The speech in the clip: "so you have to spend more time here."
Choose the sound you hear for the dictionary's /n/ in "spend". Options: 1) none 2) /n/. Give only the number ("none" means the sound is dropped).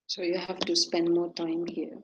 2